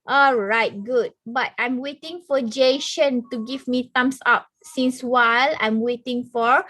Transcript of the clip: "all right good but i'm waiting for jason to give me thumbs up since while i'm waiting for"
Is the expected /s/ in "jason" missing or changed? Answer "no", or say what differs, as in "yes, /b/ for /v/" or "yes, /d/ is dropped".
yes, /ʃ/ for /s/